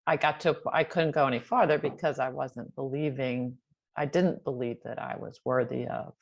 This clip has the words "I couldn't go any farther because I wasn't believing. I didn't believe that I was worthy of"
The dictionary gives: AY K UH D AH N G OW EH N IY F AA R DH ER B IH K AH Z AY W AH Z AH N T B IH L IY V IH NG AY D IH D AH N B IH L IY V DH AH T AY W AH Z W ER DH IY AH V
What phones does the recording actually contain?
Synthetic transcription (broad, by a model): AY K UH D N G OW EH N IY F AA R DH ER B IH K AH Z AY W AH Z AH N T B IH L IY V IH NG AY D IH D N B IH L IY V DH AH T AY W AH Z W ER DH IY AH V